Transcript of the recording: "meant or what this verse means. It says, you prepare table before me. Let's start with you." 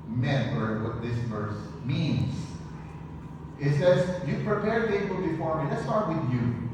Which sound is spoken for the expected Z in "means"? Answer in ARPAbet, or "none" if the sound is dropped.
S